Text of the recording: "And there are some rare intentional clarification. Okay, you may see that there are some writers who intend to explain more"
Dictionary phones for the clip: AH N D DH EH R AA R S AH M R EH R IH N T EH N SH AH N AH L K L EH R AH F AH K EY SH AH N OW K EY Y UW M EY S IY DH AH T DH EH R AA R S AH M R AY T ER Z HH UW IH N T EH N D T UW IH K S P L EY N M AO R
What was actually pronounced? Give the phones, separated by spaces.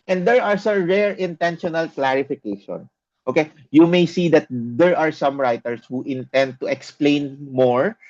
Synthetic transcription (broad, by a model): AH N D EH R AA R S AH M R EH R IH N T EH N SH AH N AH L K L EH R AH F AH K EY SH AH N OW K EY Y UW M EY S IY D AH T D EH R AA R S AH M R AY T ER S HH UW IH N T EH N D T UW IH K S P L EY N M AO R